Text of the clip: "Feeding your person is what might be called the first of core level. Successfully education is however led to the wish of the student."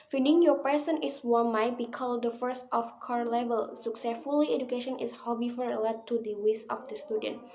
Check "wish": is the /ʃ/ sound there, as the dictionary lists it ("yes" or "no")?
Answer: no